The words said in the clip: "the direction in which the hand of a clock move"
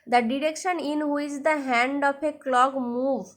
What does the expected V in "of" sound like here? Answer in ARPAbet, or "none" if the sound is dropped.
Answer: P